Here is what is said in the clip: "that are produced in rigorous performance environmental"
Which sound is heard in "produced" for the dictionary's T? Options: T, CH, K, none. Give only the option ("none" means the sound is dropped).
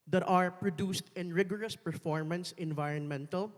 T